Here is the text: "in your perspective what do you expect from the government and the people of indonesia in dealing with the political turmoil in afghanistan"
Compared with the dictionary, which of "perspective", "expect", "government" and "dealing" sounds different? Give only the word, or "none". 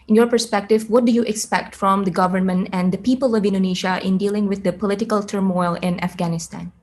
none